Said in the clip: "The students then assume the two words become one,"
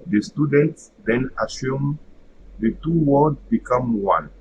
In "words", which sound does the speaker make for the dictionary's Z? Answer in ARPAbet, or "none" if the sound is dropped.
none